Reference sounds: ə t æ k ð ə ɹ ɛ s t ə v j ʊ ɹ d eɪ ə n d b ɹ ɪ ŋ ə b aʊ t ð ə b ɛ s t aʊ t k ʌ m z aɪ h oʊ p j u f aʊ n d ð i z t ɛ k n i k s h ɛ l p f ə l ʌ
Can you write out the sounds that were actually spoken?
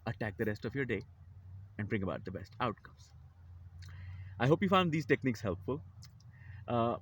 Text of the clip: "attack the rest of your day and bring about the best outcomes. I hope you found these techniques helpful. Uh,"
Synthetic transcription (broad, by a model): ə t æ k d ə ɹ ɛ s t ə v j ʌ ɹ d eɪ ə n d b ɹ ɪ ŋ ə b aʊ t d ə b ɛ s t aʊ t k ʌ m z aɪ h oʊ p j u f aʊ n d i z t ɛ k n i k s h ɛ l p f ə l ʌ